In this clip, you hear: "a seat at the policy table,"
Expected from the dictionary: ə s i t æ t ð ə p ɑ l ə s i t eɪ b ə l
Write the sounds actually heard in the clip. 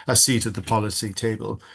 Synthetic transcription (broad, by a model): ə s i t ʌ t ð ə p ɑ l ə s i t eɪ b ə l